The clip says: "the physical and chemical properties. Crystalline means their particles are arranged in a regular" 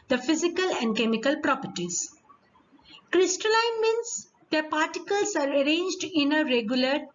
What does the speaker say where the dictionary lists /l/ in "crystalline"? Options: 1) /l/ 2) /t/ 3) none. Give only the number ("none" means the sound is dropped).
1